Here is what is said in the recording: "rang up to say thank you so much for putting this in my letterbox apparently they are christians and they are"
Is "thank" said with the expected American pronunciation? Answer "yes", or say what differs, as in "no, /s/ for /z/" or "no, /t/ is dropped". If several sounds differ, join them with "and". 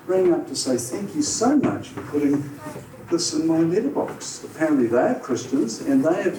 yes